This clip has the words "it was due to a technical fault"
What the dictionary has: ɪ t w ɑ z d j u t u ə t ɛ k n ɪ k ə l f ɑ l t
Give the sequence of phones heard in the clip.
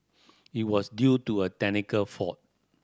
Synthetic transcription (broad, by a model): ɪ t w ɑ s d j u t u ə t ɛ n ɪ k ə l f ɑ t